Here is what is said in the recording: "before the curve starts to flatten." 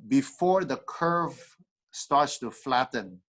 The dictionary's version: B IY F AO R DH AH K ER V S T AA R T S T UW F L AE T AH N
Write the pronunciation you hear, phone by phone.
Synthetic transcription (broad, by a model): B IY F AO R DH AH K ER V S T AA R T S T UW F L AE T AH N